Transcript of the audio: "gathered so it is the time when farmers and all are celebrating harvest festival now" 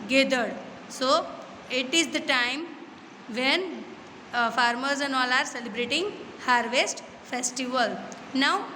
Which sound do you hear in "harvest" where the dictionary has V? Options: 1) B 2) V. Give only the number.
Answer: 2